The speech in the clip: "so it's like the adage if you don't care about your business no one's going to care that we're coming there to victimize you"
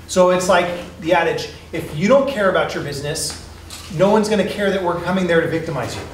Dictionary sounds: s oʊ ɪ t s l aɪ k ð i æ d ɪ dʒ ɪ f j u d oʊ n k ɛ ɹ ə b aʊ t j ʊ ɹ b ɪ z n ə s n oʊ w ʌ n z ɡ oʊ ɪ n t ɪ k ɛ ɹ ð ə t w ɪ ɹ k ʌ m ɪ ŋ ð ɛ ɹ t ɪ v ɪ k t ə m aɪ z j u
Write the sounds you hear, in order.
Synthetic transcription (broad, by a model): s oʊ ɪ t s l aɪ k ð i æ d ɪ dʒ ɪ f j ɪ d oʊ n k ɛ ɹ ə b aʊ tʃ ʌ ɹ b ɪ z n ə s n oʊ w ʌ n z ɡ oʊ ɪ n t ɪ k ɛ ɹ ð ə t w ɪ ɹ k ʌ m ɪ ŋ ð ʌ ɹ t ɪ v ɪ k t ə m aɪ z j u